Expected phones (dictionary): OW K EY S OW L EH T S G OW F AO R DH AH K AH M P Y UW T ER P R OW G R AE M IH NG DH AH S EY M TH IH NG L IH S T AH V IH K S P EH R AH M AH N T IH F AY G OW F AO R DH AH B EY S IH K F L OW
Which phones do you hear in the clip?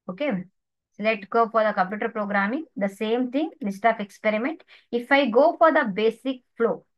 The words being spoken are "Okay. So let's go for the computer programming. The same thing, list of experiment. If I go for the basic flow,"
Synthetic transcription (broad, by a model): OW K EY S OW L EH T S G OW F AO R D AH K AH M P Y UW T ER P R OW G R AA M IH NG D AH S EY M T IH NG L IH S T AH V IH K S P EH R AH M AH N T IH F AY G OW F AO R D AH B EY S IH K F L OW